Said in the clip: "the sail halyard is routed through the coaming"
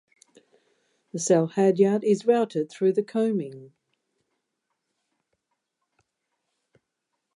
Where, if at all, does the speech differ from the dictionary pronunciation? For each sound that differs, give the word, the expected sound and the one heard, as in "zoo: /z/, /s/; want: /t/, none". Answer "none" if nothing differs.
none